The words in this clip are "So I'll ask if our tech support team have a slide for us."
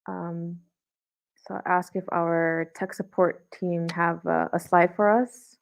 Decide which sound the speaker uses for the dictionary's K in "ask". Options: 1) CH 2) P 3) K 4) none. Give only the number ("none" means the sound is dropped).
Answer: 3